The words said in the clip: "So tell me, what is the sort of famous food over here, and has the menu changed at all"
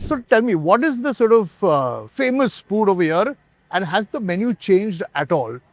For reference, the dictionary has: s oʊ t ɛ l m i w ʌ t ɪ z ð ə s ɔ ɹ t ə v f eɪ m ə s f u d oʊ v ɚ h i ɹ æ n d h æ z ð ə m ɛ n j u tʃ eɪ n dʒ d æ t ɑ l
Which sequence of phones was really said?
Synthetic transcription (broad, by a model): s oʊ t ɛ l m i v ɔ t ɪ z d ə s ɔ ɹ t ə v f eɪ m ə s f u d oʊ v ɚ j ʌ ɹ æ n d h æ z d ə m ɛ n j u tʃ eɪ n dʒ d æ t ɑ l